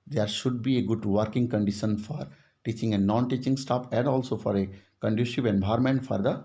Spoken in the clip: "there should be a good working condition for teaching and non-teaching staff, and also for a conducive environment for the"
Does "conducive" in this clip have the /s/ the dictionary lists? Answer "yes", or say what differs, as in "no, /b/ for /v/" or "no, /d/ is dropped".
no, /ʃ/ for /s/